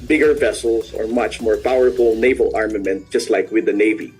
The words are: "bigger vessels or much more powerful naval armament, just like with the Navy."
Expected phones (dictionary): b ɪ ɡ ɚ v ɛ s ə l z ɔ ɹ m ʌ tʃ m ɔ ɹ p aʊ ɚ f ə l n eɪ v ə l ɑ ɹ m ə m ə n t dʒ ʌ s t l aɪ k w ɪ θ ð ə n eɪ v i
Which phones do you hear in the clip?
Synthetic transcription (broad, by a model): b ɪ ɡ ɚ v ɛ s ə l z ɔ ɹ m ʌ tʃ m ɔ ɹ p aʊ ɚ f ə l n eɪ v ə l ɑ ɹ m ə m ə n t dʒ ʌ s t l aɪ k w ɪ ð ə n eɪ v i